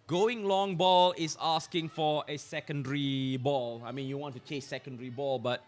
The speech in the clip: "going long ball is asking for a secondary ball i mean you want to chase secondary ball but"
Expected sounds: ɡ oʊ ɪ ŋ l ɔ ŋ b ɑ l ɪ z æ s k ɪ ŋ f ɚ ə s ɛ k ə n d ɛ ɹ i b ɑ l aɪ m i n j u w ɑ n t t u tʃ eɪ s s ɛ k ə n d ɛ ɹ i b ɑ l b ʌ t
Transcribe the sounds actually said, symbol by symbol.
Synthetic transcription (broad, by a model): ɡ oʊ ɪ ŋ l ɔ ŋ b ɑ l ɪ s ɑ s k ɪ ŋ f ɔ ə s ɛ k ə n d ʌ ɹ i b ɑ l aɪ m i n j u w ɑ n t t u tʃ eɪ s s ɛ k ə n d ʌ ɹ i b ɑ l b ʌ t